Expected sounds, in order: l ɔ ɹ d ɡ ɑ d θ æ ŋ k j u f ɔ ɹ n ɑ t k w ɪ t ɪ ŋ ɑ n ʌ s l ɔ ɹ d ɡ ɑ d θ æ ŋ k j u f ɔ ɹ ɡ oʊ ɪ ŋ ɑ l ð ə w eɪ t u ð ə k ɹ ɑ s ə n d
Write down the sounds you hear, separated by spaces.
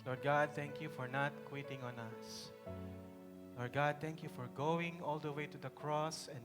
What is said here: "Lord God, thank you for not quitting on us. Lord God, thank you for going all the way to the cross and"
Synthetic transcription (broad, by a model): l ɔ ɹ d ɡ ɑ d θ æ ŋ k j u f ɔ ɹ n ɑ t k w ɪ t ɪ ŋ ɑ n ʌ s l ɔ ɹ d ɡ ɑ d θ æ ŋ k j u f ɔ ɹ ɡ oʊ ɪ ŋ ɑ l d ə w eɪ t u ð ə k ɹ ɑ s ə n